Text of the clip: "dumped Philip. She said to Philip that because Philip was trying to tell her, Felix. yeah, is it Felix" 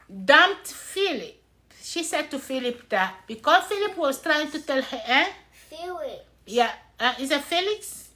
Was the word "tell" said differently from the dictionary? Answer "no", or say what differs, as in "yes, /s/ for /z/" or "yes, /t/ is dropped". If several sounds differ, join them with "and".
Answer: no